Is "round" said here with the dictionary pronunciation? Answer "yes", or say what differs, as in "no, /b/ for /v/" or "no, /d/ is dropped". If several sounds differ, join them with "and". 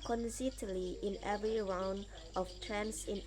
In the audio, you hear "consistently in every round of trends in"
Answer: yes